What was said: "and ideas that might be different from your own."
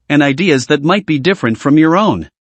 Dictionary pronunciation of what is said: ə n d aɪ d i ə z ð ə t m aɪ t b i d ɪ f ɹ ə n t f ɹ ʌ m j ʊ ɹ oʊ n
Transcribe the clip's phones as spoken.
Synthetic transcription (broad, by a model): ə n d aɪ d i ə z ð ə t m aɪ t b i d ɪ f ɹ ə n t f ɹ ʌ m j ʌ ɹ oʊ n